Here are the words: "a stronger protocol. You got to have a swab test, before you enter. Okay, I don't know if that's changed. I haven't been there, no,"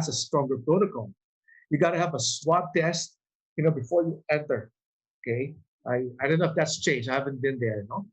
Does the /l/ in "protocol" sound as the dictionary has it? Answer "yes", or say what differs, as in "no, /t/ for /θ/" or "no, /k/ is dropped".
no, /n/ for /l/